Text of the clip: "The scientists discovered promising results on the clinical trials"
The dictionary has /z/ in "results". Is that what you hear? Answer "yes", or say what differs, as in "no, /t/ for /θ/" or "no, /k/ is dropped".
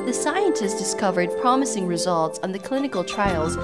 yes